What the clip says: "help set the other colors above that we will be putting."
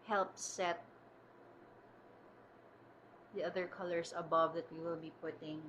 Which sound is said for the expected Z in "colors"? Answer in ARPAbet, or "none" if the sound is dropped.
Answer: S